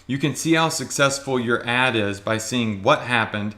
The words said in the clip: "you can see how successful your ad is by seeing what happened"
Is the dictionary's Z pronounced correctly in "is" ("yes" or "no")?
yes